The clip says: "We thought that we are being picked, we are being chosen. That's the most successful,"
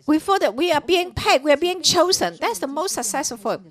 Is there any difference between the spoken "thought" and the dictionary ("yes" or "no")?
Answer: yes